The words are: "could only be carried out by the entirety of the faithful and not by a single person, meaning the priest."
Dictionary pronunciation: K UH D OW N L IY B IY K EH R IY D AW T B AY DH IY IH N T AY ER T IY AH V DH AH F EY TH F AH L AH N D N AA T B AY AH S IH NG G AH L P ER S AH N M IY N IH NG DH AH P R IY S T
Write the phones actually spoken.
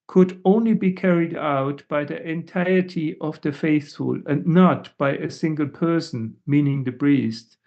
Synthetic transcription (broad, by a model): K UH D OW N L IY B IY K EH R IY D AW T B AY DH IY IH N T AY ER T IY AH V DH AH F EY TH F AH L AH N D N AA T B AY AH S IH NG G AH L P ER S AH N M IY N IH NG DH AH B R IY S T